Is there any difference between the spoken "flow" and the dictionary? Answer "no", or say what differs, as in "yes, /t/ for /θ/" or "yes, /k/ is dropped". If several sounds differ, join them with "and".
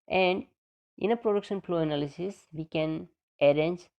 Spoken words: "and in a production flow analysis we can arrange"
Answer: yes, /p/ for /f/